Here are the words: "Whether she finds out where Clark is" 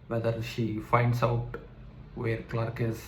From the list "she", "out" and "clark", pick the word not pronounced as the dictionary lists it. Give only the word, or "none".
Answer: none